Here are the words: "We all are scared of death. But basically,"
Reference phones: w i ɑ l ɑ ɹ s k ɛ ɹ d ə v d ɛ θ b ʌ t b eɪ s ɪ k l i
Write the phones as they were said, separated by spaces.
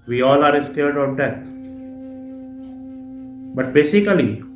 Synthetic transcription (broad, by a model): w i ɑ l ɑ ɹ s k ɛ l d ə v d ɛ t b ʌ t b eɪ s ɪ k l i